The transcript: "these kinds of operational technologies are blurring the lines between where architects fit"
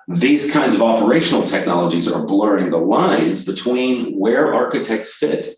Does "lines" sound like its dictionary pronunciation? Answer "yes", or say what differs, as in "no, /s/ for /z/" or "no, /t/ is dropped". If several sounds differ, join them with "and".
yes